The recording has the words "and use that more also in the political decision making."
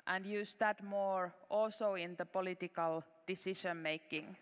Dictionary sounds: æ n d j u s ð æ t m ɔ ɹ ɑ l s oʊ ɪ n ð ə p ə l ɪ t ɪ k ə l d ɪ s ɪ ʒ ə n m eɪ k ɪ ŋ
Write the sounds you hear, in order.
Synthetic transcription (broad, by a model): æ n d j u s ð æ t m ɔ ɹ ɑ l s oʊ ɪ n ð ə p ə l ɪ t ɪ k ə l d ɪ s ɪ ʃ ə n m eɪ k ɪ ŋ